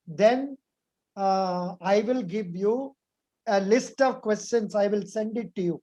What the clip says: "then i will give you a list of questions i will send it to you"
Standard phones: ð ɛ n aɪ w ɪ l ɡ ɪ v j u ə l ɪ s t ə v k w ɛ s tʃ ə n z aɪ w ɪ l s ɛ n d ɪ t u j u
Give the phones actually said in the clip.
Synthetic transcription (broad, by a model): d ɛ n aɪ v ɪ l ɡ ɪ v j u ə l ɪ s t ə v k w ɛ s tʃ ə n s aɪ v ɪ l s ɛ n d ɪ t u j u